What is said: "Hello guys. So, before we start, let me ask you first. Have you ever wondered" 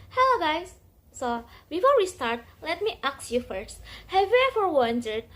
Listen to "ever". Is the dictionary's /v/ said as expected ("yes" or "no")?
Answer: no